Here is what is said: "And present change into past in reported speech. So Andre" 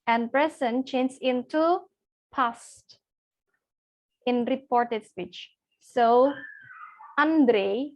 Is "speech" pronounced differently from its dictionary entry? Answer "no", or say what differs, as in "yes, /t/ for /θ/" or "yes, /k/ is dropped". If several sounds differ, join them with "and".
no